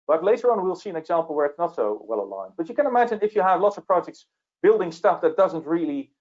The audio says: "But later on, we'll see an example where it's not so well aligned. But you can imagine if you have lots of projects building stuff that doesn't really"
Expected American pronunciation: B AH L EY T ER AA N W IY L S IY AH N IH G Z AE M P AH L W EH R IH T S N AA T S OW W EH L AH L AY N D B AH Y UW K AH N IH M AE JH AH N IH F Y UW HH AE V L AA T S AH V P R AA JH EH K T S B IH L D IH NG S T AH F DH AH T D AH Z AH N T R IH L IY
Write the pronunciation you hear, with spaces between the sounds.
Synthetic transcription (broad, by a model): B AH L EY T ER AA N W IY L S IY AH N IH G Z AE M P L W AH R IH T S N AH T S OW W EH L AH L AY N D B AH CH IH K AH N IH M AE JH AH N IH F Y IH V L AA T S AH V P R AA JH EH K T S B IH L D IH NG S T AH F DH AH T D AH Z AH N T R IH L IY